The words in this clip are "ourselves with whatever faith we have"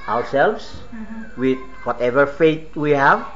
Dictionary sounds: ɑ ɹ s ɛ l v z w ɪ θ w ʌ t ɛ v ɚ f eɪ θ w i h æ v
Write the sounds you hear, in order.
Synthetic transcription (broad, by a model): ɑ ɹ s ɛ l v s w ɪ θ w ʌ t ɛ v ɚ f eɪ t w i h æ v